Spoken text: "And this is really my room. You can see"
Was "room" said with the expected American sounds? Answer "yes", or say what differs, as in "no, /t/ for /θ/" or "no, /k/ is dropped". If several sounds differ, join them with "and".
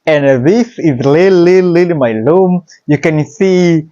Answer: no, /l/ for /ɹ/